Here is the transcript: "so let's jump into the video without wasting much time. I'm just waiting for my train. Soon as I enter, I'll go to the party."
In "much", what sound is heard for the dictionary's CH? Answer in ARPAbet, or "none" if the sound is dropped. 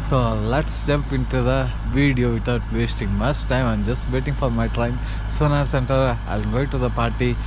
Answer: S